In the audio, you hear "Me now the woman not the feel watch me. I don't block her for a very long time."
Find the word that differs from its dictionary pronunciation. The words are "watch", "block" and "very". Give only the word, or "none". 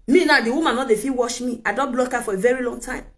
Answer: watch